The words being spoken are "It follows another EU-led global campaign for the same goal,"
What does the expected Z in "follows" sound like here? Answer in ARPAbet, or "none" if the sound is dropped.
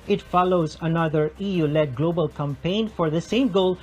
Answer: Z